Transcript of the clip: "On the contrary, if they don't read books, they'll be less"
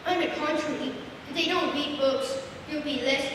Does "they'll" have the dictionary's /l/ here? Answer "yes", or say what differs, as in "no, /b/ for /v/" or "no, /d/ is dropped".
no, /w/ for /l/